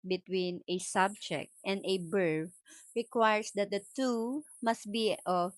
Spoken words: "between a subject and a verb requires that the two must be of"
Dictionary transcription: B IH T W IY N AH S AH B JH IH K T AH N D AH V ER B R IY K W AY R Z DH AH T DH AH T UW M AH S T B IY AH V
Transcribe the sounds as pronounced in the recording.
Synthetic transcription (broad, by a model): B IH T W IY N AH S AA B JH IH K T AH N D AH B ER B R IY K W AY R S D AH T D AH T UW M AH S T B IY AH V